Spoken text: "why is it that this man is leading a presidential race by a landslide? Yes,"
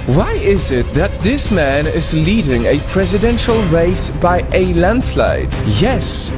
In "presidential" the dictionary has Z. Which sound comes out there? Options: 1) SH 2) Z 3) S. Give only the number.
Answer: 2